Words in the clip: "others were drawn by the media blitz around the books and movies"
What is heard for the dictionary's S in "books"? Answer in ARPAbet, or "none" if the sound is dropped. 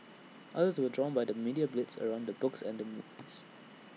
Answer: S